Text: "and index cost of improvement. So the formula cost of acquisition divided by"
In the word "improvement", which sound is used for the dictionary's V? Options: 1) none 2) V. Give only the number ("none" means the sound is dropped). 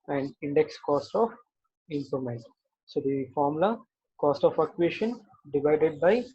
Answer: 1